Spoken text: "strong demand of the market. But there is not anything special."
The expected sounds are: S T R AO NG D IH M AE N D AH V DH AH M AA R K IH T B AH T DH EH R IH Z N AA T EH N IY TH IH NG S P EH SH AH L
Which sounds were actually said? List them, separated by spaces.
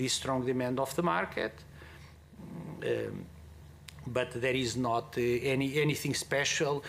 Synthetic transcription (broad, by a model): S T R AO NG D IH M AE N D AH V DH AH M AA R K IH T B AH T DH EH R IH Z N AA T EH N IY TH IH NG S P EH SH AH L